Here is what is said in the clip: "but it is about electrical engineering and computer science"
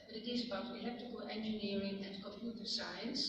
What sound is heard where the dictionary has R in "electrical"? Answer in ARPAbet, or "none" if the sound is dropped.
none